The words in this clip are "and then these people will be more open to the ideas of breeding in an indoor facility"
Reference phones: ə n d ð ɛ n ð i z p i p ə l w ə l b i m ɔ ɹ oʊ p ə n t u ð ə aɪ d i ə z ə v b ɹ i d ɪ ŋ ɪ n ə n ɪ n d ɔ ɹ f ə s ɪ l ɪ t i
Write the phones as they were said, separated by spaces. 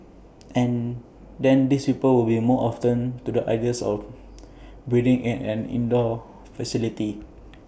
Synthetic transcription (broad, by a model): ə n d ɛ n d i s p i p ə l w ə l b i m ɔ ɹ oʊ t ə n t u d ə aɪ d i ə s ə f b ɹ i d ɪ ŋ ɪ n ə n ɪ n d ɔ f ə s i l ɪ t i